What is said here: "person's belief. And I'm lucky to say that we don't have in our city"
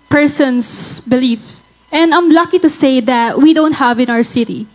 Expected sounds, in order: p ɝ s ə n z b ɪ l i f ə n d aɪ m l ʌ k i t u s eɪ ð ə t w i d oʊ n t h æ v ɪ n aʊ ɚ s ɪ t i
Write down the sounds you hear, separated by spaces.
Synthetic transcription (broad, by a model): p ɝ s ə n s b ɪ l i f ə n d aɪ m l ʌ k i t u s eɪ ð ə t w i d oʊ n t h æ v ɪ n aʊ ɚ s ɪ t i